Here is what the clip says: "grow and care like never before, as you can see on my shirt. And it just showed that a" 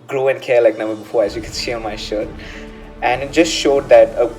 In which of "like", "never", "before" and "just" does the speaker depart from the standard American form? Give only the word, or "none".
never